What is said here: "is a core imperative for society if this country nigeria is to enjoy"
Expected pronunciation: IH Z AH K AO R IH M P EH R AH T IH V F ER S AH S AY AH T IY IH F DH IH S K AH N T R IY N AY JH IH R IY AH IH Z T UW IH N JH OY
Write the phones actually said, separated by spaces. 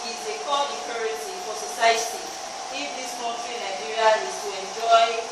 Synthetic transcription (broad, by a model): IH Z AH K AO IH P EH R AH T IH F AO S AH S AY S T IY IH F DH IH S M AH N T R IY N AY JH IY R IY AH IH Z T UW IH N JH OY